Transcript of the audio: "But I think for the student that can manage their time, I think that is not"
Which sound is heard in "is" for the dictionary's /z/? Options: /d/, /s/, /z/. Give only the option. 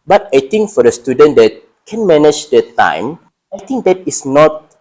/s/